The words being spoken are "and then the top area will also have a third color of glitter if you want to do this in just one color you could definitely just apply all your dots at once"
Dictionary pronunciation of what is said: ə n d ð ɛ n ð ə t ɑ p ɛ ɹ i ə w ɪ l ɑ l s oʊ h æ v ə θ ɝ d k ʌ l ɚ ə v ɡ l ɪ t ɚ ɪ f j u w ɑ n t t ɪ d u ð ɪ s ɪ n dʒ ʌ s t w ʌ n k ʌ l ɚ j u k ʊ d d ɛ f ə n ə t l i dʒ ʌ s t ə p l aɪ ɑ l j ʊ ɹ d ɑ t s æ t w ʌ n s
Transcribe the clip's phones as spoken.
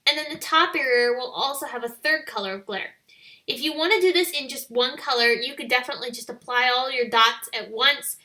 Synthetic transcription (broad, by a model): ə n ð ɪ n ð ə t ɑ p ɛ ɹ i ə w ɪ l ɑ l s oʊ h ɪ v ə θ ɝ d k ʌ l ɚ ə v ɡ l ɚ ɪ f j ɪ w ɑ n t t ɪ d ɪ ð ɪ s ɪ n dʒ ʌ s t w ʌ n k ʌ l ɚ j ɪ k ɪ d d ɛ f ə n ə t l i dʒ ʌ s t ə p l aɪ ɑ l j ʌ ɹ d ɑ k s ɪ t w ʌ n s